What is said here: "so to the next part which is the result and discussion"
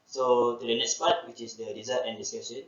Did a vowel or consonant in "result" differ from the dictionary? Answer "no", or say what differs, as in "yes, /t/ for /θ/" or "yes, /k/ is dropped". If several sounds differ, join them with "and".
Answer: yes, /l/ is dropped